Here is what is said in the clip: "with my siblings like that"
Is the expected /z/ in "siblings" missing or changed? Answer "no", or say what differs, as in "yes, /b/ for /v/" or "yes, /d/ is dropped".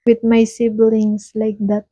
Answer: yes, /s/ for /z/